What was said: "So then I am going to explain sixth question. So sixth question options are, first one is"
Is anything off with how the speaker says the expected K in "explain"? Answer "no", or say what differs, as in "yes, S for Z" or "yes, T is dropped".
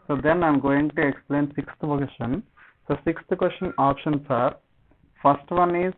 no